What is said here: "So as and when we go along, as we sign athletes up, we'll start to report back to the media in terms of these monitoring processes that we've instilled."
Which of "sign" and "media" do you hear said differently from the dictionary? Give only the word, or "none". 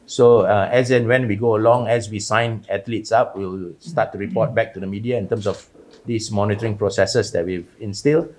none